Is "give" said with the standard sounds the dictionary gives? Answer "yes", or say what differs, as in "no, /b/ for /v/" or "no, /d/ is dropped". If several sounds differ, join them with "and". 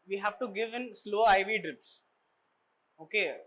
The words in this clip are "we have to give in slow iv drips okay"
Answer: yes